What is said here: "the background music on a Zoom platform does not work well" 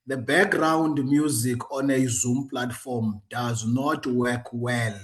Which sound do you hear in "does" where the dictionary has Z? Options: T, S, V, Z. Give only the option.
Z